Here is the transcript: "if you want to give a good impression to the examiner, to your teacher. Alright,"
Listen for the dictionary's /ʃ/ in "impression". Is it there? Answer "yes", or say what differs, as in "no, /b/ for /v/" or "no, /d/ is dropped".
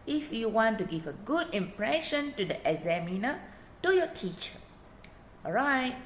yes